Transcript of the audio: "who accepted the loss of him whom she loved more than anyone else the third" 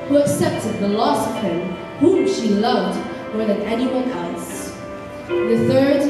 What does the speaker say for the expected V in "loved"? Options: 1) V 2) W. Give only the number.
1